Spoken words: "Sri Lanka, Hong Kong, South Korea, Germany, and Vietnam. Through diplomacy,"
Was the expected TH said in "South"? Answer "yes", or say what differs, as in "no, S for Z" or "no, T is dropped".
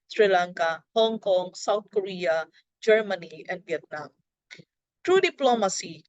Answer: no, T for TH